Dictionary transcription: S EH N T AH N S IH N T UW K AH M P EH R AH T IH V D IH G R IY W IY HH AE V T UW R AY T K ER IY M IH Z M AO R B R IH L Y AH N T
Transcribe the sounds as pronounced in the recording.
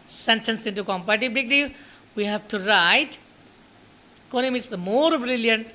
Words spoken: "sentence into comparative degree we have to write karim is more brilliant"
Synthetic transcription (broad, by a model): S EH N T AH N S IH N T UW K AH M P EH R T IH B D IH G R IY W IY HH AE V T UW R AY T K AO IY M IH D M AO R B R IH L Y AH N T